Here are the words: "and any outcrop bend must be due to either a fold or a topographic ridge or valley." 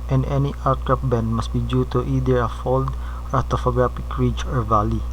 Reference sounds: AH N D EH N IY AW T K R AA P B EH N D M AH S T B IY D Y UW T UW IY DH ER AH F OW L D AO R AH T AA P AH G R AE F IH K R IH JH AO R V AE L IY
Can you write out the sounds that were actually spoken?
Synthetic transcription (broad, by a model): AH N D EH N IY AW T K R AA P B EH N D M AH S T B IY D Y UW T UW IY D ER AH F OW L D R AH T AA F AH G R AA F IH K R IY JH AO R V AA L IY